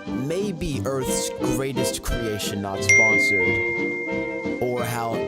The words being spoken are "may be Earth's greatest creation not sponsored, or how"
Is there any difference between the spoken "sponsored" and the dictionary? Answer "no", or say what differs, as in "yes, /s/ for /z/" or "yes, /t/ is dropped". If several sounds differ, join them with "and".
yes, /d/ is dropped